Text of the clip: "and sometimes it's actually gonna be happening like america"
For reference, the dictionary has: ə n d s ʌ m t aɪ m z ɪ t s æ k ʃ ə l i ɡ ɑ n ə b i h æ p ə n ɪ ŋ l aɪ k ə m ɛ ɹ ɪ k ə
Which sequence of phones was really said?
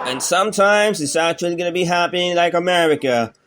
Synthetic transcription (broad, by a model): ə n s ʌ m t aɪ m z ɪ t s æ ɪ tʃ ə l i ɡ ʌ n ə b i h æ p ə ɪ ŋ l aɪ k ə m ɛ ɹ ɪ k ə